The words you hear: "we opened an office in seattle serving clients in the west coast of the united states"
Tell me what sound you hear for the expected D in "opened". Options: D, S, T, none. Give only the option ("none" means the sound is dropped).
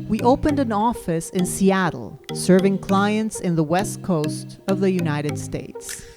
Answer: D